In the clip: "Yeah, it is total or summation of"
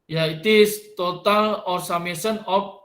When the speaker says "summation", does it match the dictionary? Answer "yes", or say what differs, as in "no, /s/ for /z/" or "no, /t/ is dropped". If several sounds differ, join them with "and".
no, /s/ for /ʃ/